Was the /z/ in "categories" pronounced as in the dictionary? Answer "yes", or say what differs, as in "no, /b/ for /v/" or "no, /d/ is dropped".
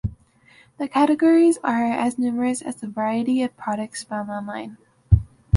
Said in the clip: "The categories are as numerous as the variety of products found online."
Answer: yes